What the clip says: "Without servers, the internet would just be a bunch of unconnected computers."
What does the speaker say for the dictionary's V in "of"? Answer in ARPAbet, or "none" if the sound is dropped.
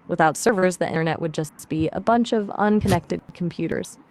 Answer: V